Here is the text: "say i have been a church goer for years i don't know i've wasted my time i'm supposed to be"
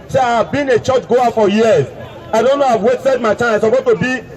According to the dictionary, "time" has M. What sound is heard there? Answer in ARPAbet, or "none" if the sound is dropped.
none